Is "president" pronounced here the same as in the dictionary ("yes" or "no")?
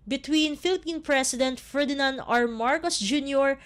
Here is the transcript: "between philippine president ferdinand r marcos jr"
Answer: no